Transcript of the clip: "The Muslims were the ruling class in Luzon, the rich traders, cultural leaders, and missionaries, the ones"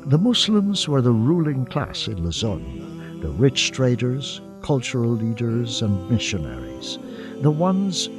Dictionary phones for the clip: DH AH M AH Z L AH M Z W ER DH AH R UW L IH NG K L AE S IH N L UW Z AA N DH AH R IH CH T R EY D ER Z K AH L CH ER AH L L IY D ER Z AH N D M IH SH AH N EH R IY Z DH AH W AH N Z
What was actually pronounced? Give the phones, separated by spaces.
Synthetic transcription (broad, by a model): DH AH M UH S L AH M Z W ER DH AH R UW L IH NG K L AE S IH N L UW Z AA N DH AH R IH CH T R EY D ER Z K AH L CH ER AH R L IY D ER Z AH N M IH SH AH N EH R IY Z DH AH W AH N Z